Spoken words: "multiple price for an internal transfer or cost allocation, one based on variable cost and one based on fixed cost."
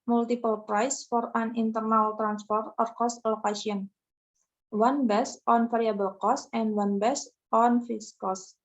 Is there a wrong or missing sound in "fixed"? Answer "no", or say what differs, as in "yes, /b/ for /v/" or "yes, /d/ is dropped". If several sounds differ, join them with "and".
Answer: yes, /k/ is dropped